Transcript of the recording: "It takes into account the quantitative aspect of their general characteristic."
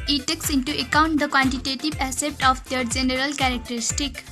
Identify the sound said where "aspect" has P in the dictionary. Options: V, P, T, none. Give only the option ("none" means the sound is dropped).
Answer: none